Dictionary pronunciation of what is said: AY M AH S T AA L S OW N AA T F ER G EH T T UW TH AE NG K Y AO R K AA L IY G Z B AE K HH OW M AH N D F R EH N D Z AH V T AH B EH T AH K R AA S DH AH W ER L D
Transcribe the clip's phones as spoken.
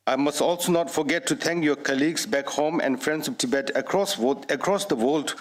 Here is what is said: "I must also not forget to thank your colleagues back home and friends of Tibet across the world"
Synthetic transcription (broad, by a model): AY M AH S T AA L S OW N AA T F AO G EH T T UW T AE NG K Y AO K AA L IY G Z B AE K HH OW M AH N D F R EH N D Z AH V T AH B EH T AH K R AA S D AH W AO L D